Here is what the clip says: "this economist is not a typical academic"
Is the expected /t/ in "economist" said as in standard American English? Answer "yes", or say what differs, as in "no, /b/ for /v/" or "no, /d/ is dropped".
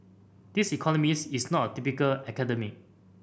no, /t/ is dropped